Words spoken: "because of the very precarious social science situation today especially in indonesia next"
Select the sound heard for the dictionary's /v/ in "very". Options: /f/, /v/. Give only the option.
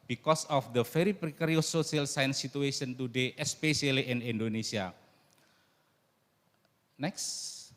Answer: /f/